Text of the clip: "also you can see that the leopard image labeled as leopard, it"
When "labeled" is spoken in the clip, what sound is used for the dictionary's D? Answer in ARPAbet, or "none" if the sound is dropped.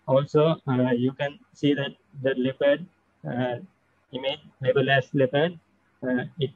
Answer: none